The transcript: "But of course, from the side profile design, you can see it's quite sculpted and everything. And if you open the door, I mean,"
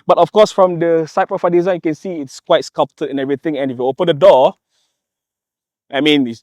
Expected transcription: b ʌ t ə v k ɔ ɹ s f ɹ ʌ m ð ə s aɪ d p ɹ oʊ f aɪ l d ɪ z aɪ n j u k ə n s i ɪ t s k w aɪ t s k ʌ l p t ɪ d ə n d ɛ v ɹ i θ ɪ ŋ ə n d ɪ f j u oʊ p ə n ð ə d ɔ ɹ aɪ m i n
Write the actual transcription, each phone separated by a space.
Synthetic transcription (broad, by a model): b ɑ t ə f k ɔ s f ɹ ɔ m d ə s aɪ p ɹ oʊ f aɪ d ɪ z aɪ n j u k ə n s i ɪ t s k w aɪ t s k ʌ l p t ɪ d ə n ɛ v ɹ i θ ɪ ŋ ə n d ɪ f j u oʊ p ə n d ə d ɔ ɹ aɪ m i n